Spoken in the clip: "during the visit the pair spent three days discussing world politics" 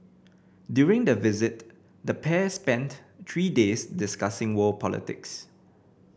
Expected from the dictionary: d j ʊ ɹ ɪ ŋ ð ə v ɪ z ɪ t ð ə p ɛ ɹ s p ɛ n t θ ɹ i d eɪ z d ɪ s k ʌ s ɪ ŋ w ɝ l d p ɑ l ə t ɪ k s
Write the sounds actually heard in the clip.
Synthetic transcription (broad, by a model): d j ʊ ɹ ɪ ŋ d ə v ɪ z ɪ t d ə p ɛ s p ɛ n t t ɹ i d eɪ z d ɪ s k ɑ s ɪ ŋ w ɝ p ɑ l ə t ɪ k s